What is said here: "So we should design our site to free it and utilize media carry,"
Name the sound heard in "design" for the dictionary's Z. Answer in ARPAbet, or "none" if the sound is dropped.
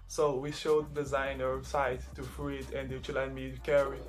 Z